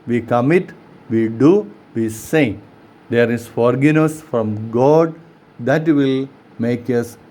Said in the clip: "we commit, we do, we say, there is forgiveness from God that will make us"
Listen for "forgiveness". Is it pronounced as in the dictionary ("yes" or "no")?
no